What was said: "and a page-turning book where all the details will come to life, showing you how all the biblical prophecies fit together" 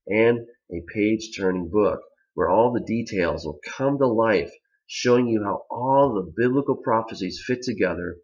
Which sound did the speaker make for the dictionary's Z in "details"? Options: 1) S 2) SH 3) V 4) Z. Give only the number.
4